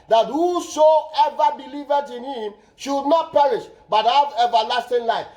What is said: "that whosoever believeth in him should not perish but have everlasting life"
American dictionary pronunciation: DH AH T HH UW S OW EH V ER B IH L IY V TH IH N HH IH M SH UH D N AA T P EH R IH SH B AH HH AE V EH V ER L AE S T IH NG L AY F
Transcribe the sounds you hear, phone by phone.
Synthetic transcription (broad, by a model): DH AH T HH UW SH OW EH V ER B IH L IY V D IH N HH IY M SH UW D N AA T P EH R IH SH B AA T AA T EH V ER L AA S T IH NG L AY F